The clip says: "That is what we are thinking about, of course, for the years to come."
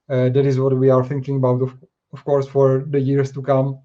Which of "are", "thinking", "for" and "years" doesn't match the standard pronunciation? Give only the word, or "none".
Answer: years